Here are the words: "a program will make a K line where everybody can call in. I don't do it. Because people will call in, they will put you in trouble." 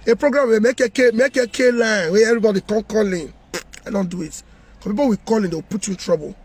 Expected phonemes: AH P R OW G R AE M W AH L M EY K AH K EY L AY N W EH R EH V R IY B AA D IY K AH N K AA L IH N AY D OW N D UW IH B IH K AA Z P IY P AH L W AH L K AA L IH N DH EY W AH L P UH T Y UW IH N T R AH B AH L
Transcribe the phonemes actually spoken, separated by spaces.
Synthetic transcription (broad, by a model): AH P R OW G R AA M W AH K M EY K AH K EY L AY N W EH EH V R IY B AA D IY K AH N K AA L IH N AY D OW N D UW IH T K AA P IY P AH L W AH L K AA L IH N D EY W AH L P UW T Y UW IH N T R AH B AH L